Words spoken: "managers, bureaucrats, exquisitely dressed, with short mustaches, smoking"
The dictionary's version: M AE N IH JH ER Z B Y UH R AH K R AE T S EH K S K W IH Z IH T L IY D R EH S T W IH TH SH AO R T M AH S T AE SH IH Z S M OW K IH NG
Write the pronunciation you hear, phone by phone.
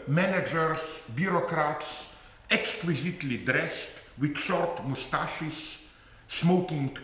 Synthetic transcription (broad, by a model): M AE N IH JH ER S B Y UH R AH K R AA T S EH K S K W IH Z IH T L IY D R EH S T W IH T SH AO R T M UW S T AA SH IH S S M OW K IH NG